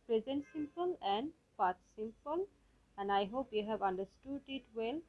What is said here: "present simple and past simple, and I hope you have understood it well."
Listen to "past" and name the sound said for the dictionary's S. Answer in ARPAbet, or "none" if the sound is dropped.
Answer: none